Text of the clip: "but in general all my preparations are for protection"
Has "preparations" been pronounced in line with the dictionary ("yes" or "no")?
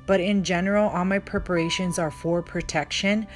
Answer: yes